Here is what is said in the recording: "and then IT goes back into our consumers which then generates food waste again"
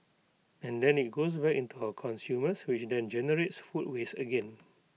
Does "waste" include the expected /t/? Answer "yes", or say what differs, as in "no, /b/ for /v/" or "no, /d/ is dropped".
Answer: no, /t/ is dropped